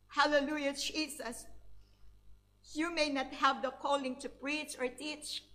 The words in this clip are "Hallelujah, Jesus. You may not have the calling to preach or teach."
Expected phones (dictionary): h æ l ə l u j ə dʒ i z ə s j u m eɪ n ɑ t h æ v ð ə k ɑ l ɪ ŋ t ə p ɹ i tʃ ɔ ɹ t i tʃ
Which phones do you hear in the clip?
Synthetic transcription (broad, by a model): h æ l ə l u j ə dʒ i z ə s j u m eɪ n ɑ t h æ v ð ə k ɑ l ɪ ŋ t ə p ɹ i tʃ ɔ ɹ t i tʃ